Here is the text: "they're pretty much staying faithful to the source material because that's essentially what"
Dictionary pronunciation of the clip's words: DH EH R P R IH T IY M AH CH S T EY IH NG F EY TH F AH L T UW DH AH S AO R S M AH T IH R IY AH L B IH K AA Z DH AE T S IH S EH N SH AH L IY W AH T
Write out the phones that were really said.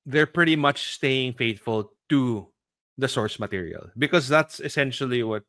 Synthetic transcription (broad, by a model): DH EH R P R IH T IY M AH CH S T EY IH NG F EY T F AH L T UW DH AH S AO R S M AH T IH R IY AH L B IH K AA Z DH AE T S IH S EH N SH AH L IY W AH T